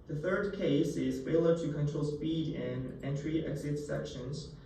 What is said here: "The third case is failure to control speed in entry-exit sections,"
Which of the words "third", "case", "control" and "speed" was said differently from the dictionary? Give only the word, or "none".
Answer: none